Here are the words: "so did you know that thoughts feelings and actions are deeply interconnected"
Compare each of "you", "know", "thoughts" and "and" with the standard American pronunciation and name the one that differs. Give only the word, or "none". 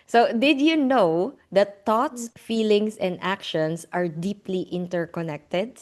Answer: thoughts